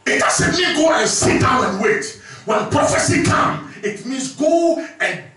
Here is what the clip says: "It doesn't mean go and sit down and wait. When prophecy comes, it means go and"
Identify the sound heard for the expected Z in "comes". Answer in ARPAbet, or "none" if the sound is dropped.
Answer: none